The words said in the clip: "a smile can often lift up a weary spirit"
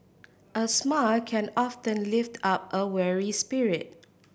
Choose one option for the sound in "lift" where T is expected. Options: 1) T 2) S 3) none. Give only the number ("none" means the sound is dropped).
1